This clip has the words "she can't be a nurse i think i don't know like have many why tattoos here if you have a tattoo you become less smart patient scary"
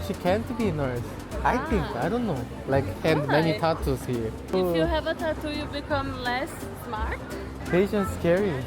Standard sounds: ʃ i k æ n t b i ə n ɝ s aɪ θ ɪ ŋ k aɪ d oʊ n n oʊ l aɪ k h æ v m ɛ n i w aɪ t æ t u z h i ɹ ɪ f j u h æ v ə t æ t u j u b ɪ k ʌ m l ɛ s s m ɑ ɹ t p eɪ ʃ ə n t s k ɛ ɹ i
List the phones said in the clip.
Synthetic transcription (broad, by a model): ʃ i k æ n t b i n ɝ s aɪ θ ɪ ŋ k aɪ d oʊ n n oʊ l aɪ k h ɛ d m ɛ n i t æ t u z h i ɹ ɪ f j u h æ v ə t æ t u j u b ɪ k ʌ m l ɛ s s m ɑ ɹ t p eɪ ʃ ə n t s k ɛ ɹ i